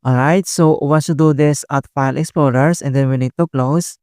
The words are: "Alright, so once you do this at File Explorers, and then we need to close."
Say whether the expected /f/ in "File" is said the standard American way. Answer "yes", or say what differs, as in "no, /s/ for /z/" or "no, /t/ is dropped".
yes